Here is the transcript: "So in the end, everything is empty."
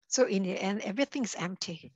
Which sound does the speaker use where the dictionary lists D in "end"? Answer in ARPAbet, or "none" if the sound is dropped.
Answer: none